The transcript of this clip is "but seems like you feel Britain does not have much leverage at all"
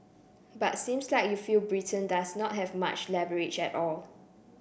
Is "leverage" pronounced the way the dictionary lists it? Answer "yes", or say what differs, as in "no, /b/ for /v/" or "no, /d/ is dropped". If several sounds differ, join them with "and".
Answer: no, /b/ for /v/